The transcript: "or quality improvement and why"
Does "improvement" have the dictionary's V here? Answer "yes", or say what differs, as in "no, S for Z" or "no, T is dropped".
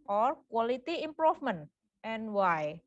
no, F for V